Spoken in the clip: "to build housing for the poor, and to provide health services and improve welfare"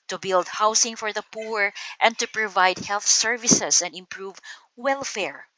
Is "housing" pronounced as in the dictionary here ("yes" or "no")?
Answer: no